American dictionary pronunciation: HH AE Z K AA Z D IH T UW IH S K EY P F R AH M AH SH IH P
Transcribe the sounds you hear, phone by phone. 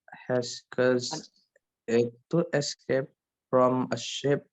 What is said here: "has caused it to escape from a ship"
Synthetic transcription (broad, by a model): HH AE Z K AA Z IH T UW IH S K EY P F R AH M AH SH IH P